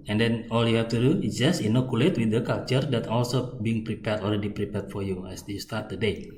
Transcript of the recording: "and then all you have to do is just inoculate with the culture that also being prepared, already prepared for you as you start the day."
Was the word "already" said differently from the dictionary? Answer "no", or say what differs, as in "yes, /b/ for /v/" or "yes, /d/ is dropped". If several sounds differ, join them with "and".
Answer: yes, /l/ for /ɹ/